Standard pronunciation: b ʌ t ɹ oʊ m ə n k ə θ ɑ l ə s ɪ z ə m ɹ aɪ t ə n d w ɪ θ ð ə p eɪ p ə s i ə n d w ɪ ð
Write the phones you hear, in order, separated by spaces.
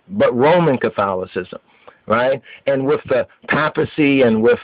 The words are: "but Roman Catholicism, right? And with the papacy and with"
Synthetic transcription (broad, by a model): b ʌ t ɹ oʊ m ə n k ə θ ɑ l ə s ɪ z ə m ɹ aɪ t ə n w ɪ ð ə p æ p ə s i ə n w ɪ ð